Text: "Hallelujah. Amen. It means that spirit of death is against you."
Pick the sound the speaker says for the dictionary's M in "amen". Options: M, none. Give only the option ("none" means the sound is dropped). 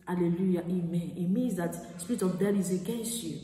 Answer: M